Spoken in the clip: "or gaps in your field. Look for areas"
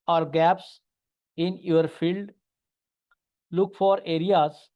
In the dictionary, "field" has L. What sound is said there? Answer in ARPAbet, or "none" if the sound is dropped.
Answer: L